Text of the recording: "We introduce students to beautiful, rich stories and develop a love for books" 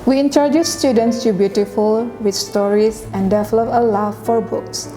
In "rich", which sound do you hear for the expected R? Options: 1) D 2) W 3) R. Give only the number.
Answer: 2